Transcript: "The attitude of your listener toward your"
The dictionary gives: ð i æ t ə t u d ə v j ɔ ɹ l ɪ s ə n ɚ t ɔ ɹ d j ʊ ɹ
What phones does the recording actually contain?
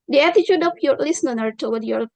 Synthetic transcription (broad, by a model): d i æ t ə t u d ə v j ɔ ɹ l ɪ s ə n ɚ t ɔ w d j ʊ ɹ